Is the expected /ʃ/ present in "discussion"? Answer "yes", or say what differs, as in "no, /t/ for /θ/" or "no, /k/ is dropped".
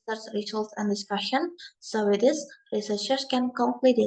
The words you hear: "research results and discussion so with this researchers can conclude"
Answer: yes